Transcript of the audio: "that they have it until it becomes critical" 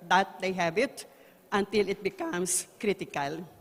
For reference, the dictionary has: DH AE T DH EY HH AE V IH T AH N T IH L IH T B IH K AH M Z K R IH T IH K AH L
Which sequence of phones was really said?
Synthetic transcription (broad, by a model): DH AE T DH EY HH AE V IH T AH N T IH L IH T B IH K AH M S K R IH T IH K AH L